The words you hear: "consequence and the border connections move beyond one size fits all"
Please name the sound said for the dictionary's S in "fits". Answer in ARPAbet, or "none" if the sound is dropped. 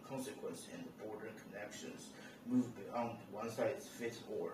none